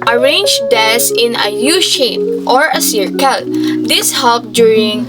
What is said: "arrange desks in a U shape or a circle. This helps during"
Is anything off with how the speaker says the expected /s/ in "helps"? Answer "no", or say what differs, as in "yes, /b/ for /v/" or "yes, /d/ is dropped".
yes, /s/ is dropped